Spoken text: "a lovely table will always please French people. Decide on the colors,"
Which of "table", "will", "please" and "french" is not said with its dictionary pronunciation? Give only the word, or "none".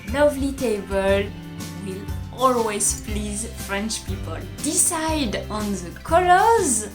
none